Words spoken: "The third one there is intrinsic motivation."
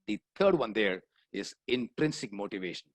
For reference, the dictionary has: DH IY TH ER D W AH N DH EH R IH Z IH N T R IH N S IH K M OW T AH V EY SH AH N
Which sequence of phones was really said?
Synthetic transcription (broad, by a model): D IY T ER D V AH N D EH R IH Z IH N T R IH N S IH K M OW T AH V EY SH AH N